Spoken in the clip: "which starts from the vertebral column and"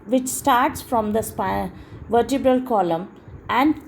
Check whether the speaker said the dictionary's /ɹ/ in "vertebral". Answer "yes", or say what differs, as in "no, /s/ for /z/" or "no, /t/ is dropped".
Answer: yes